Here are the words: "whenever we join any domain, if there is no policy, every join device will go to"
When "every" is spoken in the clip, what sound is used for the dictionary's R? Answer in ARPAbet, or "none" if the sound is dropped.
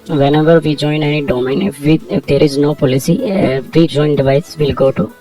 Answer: none